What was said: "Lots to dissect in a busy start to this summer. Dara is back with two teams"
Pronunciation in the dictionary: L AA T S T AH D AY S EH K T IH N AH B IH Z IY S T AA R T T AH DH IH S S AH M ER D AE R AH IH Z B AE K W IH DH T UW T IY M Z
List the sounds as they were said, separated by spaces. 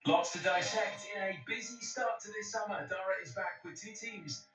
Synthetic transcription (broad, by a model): L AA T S T AH D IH SH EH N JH IH N AH B IH Z IY S T AA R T T AH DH IH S S AH M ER D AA R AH IH Z B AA K W IH DH T UW T IY M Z